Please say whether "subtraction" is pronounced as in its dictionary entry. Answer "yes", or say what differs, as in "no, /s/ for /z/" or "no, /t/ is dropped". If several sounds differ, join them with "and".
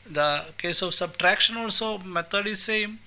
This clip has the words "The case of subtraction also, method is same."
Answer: yes